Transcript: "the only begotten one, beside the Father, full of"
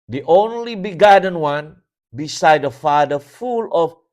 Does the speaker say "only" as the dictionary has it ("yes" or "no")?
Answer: yes